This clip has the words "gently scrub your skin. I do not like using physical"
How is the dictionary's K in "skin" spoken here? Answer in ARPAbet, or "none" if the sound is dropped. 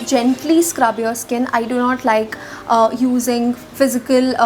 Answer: K